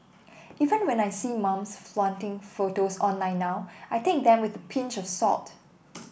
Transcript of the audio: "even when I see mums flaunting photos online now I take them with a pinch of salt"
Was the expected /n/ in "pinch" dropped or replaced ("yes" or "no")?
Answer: no